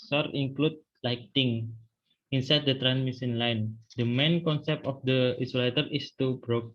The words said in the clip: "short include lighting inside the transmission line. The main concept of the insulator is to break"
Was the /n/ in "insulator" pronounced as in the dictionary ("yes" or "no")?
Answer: no